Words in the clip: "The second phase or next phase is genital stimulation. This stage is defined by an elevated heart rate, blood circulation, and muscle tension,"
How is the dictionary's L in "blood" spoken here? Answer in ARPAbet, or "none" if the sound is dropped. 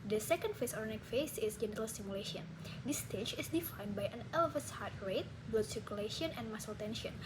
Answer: none